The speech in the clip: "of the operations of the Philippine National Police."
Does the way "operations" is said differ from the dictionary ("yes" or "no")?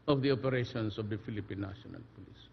yes